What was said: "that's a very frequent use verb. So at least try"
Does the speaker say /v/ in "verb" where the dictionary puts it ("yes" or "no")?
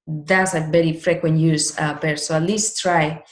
no